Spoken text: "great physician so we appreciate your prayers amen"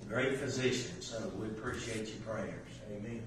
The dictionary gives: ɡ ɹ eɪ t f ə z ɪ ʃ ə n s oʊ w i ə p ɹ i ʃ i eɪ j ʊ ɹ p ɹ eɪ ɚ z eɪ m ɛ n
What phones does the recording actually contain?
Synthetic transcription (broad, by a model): ɡ ɹ eɪ t f ə z ɪ ʃ ə n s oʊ w i ə p ɹ i ʃ i eɪ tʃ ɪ ɹ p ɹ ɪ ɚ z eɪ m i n